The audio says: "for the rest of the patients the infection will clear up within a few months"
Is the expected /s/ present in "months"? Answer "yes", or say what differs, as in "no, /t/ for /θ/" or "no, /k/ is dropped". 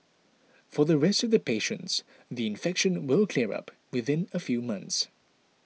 yes